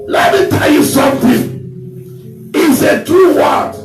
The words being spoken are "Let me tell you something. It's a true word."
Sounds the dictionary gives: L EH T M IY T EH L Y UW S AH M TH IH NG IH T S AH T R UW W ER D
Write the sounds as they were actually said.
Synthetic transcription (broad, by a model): L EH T M IY T EH L Y UW S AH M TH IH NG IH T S AH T UW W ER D